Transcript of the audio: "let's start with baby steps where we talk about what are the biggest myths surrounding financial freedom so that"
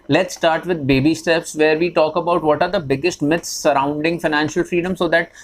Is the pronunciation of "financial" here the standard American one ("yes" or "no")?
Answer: yes